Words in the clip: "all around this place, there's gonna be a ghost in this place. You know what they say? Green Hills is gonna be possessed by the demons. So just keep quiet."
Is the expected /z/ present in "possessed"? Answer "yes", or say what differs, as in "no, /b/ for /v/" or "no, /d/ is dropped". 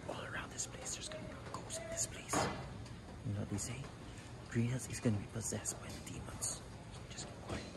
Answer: yes